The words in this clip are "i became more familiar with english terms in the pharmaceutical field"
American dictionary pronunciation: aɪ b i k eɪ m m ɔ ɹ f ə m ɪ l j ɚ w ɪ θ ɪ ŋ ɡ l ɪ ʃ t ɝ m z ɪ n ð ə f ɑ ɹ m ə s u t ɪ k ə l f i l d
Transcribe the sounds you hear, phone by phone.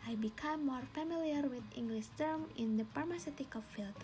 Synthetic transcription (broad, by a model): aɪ b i k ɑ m m ɔ ɹ f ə m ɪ l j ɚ w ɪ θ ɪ ŋ ɡ l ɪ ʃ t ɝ m ɪ n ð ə p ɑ ɹ m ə s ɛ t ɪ k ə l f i l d